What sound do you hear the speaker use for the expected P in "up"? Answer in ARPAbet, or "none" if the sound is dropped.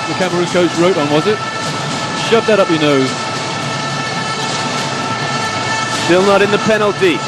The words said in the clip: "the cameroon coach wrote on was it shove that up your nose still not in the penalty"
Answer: P